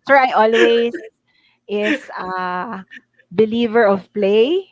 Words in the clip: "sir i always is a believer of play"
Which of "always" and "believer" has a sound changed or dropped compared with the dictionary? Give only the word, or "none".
always